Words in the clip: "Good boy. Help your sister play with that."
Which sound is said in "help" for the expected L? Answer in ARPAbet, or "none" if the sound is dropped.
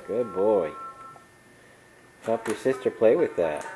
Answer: none